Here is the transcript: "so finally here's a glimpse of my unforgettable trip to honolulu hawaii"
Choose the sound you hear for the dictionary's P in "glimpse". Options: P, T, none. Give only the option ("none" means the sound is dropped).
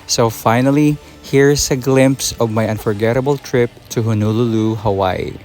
P